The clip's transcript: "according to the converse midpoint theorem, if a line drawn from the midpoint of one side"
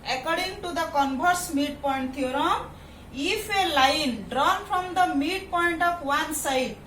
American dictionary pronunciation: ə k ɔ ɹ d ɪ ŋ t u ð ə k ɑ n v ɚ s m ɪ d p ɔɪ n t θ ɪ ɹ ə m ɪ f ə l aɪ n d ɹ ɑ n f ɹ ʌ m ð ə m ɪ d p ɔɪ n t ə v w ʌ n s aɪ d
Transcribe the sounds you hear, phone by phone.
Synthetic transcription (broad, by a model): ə k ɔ ɹ d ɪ ŋ t u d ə k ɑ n b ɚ s m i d p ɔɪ n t t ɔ ɹ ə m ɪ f ə l aɪ n d ɹ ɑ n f ɹ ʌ m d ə m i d p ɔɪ n t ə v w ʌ n s aɪ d